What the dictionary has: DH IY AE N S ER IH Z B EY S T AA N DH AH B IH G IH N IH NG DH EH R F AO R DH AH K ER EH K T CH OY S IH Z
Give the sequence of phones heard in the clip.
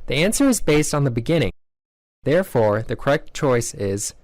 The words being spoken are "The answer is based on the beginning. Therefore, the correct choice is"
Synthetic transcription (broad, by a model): DH IY AE N S ER IH Z B EY S T N DH AH B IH G IH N IH NG DH EH R F AO R DH AH K ER EH K T CH OY S IH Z